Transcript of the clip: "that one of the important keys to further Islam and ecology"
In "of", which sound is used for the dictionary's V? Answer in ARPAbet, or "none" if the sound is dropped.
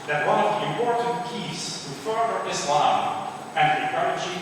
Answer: V